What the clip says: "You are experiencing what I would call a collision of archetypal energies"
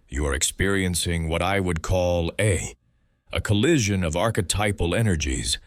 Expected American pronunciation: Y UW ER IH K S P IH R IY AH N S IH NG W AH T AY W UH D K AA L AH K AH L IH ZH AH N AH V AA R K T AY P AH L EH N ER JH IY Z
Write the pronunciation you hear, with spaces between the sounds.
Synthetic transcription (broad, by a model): Y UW ER IH K S P IH R IY AH N S IH NG W AH T AY W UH D K AA L AH K AH L IH ZH AH N AH V AA R K T AY P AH L EH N ER JH IY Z